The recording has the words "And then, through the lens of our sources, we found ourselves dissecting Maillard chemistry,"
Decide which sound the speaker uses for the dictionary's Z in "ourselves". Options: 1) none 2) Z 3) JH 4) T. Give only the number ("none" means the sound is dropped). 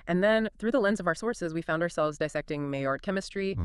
2